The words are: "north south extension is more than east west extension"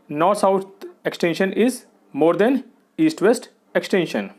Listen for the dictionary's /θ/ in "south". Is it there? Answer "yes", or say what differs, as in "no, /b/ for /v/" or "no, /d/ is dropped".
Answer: no, /t/ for /θ/